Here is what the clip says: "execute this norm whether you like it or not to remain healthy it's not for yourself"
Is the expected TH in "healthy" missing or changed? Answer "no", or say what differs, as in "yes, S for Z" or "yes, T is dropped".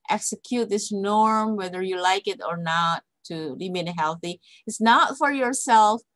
no